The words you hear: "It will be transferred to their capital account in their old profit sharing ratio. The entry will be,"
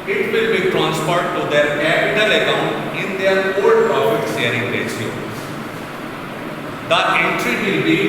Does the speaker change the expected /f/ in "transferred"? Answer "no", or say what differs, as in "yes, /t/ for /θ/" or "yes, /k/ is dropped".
yes, /p/ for /f/